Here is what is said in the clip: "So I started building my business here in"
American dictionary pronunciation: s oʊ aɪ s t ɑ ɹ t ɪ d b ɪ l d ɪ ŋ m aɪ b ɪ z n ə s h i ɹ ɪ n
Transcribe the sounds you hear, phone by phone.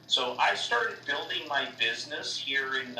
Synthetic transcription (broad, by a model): s oʊ aɪ s t ɑ ɹ t ɪ d b ɪ l d ɪ ŋ m aɪ b ɪ z n ə s h i ɹ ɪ n